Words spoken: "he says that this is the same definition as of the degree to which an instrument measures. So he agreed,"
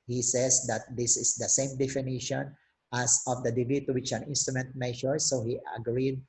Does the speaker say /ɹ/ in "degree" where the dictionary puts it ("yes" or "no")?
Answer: no